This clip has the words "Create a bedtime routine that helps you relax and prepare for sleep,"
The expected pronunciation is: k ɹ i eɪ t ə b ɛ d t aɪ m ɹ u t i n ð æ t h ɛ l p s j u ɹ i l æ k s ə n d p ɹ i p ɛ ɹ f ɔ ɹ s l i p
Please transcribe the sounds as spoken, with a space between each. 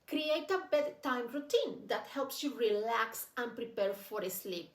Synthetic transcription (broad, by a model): k ɹ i eɪ t ə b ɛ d t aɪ m ɹ u t i n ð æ t h ɛ l p s j u ɹ i l æ k s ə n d p ɹ i p ɛ ɹ f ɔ ɹ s l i p